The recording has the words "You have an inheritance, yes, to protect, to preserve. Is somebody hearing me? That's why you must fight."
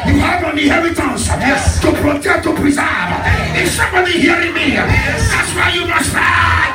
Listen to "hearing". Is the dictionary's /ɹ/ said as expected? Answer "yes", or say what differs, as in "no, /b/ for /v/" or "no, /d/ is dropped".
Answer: yes